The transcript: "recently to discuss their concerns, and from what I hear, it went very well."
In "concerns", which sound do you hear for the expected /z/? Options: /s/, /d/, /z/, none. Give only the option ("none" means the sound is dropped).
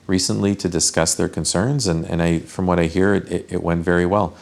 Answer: /z/